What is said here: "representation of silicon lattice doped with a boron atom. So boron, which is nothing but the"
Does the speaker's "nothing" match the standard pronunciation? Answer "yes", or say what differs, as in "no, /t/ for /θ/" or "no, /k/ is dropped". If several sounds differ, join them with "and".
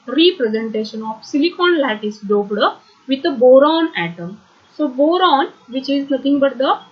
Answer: no, /t/ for /θ/